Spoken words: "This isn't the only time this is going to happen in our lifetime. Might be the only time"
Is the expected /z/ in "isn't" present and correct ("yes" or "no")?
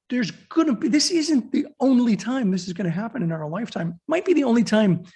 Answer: yes